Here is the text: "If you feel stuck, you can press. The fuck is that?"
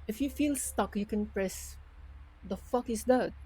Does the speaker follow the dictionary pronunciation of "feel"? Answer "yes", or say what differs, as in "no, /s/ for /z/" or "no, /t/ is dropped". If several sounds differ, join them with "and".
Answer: yes